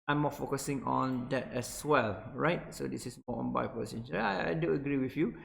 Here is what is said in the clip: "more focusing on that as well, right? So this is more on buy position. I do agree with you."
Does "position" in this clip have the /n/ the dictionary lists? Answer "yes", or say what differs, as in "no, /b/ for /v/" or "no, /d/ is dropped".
no, /n/ is dropped